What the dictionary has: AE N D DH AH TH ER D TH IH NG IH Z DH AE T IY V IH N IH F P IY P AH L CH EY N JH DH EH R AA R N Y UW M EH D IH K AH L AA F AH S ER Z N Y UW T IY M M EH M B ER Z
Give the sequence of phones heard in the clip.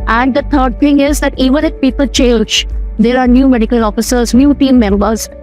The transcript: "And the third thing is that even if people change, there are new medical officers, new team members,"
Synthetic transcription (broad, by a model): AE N D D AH T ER D T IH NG IH Z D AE T IY V IH N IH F P IY P AH L CH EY L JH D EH R AA R N Y UW M EH D IH K AH L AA F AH S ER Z N Y UW T IY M M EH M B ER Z